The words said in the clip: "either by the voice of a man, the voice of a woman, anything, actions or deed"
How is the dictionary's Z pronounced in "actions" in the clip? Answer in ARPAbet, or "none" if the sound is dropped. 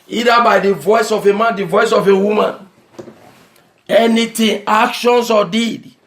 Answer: S